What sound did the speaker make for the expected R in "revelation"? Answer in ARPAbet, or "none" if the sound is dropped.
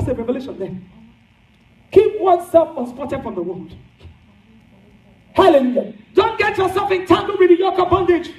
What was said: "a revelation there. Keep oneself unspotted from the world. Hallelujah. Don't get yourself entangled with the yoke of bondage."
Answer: R